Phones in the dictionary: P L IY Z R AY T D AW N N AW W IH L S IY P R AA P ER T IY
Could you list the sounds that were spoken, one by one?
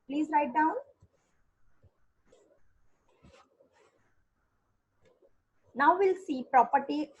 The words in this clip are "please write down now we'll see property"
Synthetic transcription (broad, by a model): P L IY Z L AY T D AW N N AW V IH L S IY P R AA P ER T IY